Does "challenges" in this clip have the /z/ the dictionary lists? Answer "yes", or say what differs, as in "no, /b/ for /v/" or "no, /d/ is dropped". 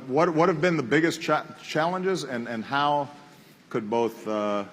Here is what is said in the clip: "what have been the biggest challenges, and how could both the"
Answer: yes